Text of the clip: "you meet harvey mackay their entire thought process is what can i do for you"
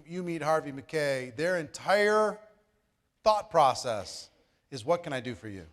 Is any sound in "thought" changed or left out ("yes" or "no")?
no